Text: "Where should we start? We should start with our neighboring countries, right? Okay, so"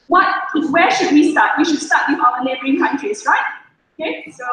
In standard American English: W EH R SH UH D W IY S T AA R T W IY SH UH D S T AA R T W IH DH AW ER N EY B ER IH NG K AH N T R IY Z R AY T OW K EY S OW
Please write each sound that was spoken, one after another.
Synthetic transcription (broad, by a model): W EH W SH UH D W IY S T AA T W IY SH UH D S T AA T W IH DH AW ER L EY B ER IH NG K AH N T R IY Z R AY T OW K EY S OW